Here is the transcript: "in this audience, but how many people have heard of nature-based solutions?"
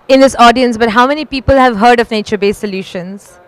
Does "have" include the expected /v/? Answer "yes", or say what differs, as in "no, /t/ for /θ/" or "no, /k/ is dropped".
yes